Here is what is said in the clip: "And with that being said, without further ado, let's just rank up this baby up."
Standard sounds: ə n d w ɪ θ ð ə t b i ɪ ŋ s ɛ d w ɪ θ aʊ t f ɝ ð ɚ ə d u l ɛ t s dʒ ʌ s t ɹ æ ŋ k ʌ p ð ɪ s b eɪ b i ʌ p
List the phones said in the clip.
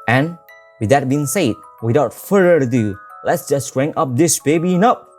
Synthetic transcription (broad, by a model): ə n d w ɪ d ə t b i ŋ s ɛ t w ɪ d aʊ t f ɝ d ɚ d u l ɛ t s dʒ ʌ s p ɹ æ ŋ ʌ p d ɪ s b eɪ b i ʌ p